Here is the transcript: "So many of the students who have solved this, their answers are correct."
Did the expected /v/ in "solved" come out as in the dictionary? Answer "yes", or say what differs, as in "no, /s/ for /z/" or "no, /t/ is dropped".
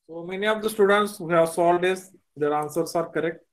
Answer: no, /v/ is dropped